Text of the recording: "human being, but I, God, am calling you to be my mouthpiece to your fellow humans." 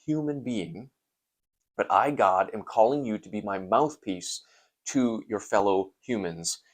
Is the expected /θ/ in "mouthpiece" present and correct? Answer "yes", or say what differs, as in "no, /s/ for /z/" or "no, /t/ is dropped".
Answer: yes